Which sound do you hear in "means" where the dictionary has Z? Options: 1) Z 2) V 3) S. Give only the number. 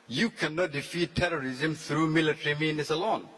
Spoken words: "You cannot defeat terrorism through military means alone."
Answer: 3